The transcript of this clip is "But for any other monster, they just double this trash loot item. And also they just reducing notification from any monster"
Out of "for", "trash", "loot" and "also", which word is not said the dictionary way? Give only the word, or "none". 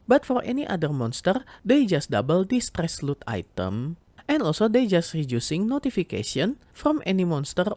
trash